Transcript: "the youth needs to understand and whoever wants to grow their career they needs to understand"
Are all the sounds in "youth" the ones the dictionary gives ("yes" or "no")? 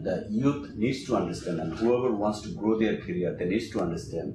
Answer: no